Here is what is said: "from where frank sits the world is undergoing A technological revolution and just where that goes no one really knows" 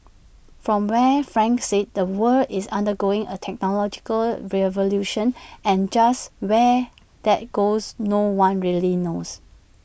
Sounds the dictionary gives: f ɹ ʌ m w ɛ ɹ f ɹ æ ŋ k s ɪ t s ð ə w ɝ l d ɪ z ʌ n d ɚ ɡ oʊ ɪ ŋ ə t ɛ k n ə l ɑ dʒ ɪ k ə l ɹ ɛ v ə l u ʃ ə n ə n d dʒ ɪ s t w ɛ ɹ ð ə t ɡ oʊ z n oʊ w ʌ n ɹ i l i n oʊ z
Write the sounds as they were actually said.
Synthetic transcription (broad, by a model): f ɹ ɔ m w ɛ f ɹ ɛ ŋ k s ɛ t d ə w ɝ d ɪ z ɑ n d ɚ ɡ oʊ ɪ ŋ ə t ɛ k n ə l ɑ dʒ ɪ k ə l ɹ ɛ v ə l u ʃ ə n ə n dʒ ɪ s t w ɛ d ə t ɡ oʊ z n oʊ w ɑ n ɹ i l i n oʊ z